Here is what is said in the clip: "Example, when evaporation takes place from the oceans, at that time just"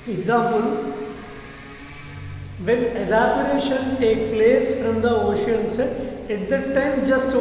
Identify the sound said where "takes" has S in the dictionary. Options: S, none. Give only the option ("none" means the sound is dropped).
none